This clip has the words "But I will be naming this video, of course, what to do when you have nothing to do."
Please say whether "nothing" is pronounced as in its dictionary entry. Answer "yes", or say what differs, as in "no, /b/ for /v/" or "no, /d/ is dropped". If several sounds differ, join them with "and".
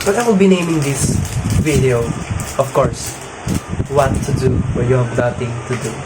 no, /t/ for /θ/